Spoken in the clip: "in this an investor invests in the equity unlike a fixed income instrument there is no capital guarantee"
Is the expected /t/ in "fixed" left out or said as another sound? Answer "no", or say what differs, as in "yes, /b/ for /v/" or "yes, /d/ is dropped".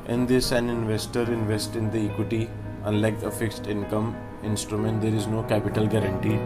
no